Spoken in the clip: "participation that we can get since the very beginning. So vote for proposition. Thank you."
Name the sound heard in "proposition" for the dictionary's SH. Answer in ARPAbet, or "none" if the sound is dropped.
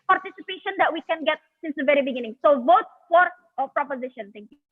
SH